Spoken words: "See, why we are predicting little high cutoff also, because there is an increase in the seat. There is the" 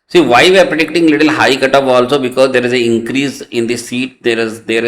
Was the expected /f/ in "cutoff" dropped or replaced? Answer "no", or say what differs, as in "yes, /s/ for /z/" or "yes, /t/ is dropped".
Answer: yes, /p/ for /f/